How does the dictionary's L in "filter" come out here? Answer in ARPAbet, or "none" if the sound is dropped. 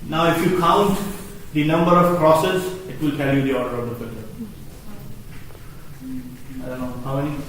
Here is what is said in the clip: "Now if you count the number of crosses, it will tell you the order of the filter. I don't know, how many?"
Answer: none